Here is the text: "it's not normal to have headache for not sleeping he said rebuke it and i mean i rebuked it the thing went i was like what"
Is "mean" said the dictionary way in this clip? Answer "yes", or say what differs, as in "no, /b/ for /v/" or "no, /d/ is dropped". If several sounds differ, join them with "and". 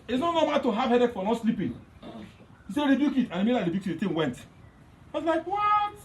no, /l/ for /n/